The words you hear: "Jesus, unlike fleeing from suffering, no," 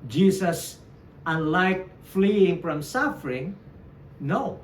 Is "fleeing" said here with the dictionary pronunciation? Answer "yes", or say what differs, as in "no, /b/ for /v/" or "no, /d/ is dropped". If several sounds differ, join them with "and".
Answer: yes